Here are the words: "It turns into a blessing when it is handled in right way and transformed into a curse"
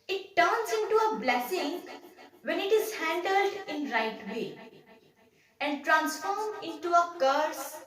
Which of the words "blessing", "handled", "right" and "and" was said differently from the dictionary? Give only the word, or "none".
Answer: none